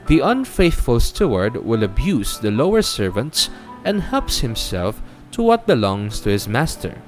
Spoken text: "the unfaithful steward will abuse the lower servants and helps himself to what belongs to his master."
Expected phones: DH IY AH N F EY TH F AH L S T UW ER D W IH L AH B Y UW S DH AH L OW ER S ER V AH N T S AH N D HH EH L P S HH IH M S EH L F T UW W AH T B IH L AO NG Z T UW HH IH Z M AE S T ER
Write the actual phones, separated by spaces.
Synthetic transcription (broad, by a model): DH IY AH N F EY TH F AH L S T UW ER D W IH L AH B Y UW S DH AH L OW ER S ER V AH N T S AH N D HH EH L P S HH IH M S EH L F T UW W AH T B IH L AO NG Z T UW HH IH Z M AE S T ER